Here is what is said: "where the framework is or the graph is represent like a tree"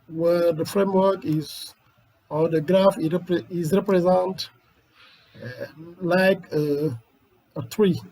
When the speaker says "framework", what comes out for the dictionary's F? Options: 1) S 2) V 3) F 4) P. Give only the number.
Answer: 3